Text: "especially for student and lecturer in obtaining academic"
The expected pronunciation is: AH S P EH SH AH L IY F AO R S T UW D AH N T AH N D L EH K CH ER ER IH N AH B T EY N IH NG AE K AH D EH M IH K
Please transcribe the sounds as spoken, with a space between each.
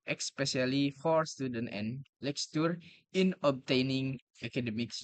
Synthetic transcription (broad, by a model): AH S P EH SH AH L IY F AO R S T UW D AH N T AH N L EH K S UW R IH N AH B T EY N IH NG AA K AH D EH M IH K